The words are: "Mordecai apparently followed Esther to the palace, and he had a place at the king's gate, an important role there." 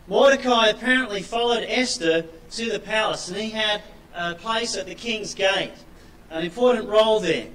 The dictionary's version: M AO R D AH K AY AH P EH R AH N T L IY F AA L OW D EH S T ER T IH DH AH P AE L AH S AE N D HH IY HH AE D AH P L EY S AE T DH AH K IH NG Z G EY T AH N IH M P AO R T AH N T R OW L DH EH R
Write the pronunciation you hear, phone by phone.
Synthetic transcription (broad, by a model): M AO R D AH K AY AH P EH R AH N T L IY F AA L OW D EH S T ER T IH DH AH P AE L AH S N IY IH D AH P L EY S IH T DH AH K IH NG Z G EY T AH N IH M P AO R T N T R OW L DH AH R